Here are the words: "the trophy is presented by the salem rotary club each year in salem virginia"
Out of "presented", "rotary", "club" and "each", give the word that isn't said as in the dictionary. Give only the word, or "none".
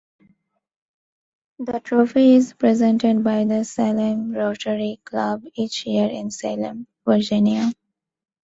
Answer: none